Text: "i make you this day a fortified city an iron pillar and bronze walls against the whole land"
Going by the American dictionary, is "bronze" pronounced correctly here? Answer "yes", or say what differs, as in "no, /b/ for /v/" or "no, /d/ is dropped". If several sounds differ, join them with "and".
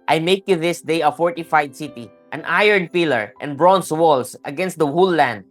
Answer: no, /s/ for /z/